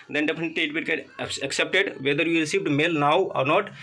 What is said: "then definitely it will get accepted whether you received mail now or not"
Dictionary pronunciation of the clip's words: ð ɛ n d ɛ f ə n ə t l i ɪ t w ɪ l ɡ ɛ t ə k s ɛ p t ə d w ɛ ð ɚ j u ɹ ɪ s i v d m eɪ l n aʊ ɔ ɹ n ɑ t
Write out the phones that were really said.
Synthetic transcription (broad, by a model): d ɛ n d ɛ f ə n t i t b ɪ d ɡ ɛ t ə k s ɛ p t ə d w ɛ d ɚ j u ɹ ɪ s i v d m eɪ l n aʊ ɔ ɹ n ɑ t